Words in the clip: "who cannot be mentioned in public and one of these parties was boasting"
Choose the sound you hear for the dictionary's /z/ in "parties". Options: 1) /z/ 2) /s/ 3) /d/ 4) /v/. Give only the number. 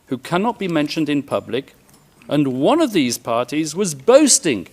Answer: 1